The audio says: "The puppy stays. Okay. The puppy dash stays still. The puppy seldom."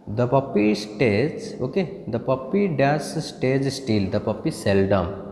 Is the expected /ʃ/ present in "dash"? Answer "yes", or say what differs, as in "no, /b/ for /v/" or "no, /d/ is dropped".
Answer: no, /s/ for /ʃ/